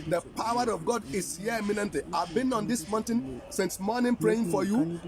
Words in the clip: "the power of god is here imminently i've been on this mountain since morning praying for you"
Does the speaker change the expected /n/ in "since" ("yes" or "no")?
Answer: no